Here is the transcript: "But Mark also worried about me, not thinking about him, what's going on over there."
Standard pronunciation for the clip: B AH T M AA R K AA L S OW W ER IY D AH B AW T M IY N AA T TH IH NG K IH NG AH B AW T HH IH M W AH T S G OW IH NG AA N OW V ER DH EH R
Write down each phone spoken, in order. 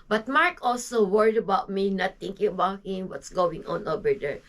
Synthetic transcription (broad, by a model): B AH T M AA R K AA L S OW W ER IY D AH B AW T M IY N AA T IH NG K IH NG AH B AW T HH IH M W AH T S G OW IH NG AA N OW B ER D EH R